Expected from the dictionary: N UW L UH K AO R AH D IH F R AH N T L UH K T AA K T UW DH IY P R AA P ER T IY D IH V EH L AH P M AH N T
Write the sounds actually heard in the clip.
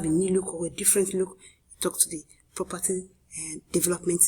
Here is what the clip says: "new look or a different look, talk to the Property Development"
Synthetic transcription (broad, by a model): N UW L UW K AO W AH D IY F R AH N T L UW K T AA K T UW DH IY P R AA P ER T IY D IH V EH L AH P M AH N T